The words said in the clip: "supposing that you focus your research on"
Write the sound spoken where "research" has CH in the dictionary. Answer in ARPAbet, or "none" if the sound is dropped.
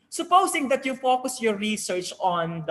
CH